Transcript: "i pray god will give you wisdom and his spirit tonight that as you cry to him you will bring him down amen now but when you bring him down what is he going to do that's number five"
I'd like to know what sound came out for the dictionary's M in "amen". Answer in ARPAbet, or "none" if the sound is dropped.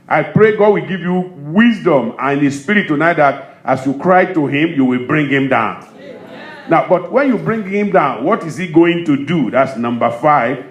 none